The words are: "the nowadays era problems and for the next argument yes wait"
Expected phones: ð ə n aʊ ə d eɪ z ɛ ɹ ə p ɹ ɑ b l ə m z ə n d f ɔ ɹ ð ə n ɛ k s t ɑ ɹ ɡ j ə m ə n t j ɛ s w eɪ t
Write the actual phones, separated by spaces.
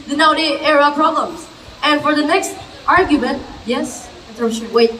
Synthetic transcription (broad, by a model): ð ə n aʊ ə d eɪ ɛ ɹ ə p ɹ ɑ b l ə m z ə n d f ɔ ɹ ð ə n ɛ k s t ɑ ɹ ɡ j ə m ə n t j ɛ s w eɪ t